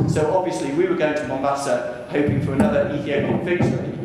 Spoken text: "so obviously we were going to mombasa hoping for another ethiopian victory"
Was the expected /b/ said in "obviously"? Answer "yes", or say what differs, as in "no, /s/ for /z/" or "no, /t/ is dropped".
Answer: yes